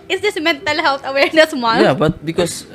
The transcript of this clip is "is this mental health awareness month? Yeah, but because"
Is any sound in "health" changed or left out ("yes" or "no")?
yes